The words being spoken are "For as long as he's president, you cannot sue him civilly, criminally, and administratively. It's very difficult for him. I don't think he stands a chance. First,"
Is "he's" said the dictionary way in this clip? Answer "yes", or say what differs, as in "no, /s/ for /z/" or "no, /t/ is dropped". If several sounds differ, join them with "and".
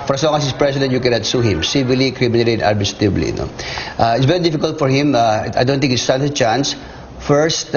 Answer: no, /s/ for /z/